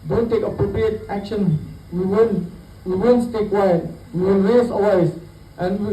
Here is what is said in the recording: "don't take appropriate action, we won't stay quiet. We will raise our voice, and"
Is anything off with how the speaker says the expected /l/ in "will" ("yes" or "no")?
yes